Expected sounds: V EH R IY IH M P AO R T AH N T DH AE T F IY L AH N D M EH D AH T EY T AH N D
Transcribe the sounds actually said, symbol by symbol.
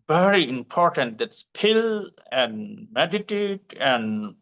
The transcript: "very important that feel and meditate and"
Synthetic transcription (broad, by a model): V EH R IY IH M P AO R T AH N T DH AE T P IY L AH N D M EH D AH T EY T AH N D